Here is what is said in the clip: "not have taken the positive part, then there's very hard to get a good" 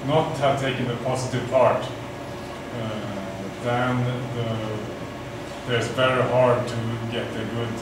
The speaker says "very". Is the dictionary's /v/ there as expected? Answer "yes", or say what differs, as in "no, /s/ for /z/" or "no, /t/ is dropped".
no, /b/ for /v/